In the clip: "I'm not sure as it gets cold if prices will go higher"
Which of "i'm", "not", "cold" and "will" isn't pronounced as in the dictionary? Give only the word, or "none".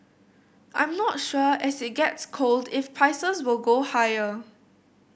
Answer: none